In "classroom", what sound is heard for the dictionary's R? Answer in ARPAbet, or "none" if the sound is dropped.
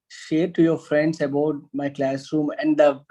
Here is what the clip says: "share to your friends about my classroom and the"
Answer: R